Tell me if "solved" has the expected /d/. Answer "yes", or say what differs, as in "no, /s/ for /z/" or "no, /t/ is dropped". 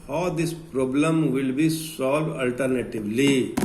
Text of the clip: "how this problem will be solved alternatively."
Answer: no, /d/ is dropped